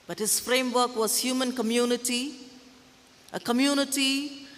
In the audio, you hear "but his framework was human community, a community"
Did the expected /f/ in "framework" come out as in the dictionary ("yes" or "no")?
yes